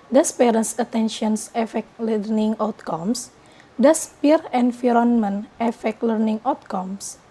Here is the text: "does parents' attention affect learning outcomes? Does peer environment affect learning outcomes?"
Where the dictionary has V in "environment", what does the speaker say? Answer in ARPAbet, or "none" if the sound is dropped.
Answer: F